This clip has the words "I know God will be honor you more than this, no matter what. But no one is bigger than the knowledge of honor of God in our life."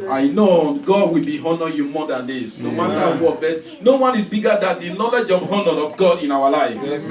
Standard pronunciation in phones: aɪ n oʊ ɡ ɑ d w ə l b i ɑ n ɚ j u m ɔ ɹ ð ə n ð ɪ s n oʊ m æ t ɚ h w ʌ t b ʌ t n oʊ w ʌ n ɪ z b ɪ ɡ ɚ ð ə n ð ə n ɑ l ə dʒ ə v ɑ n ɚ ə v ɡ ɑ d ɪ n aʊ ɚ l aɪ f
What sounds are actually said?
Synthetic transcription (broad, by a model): aɪ n oʊ ɡ ɑ d w ə l b i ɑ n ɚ j u m ɔ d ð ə n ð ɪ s n oʊ m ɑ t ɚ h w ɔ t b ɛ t n oʊ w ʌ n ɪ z b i ɡ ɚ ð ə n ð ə n ɑ l ə dʒ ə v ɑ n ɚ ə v ɡ ɑ d ɪ n aʊ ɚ l aɪ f